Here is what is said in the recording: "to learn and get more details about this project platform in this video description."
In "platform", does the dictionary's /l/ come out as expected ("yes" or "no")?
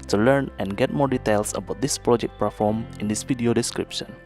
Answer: no